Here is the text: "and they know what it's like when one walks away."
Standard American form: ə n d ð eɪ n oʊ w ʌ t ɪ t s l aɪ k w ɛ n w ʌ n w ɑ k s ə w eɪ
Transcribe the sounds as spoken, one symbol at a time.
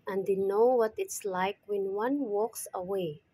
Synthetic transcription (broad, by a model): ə n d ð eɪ n oʊ w ʌ t ɪ t s l aɪ k w ɛ n w ʌ n w ɑ k s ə w eɪ